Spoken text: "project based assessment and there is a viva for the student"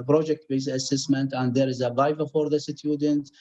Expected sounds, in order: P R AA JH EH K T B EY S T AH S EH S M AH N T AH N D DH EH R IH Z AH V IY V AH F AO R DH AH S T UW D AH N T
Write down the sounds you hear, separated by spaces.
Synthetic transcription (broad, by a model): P R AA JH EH K T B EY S AH S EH S M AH N T AH N D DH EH R IH Z AH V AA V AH F AO R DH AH S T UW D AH N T